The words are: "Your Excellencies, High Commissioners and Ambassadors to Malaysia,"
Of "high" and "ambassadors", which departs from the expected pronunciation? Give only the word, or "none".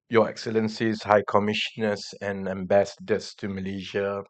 ambassadors